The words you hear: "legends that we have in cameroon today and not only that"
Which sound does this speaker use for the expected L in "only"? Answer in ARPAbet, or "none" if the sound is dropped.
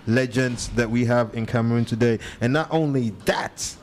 L